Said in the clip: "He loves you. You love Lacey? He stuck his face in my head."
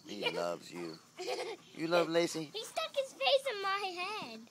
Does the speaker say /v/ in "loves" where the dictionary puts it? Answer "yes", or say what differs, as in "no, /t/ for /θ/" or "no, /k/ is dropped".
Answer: yes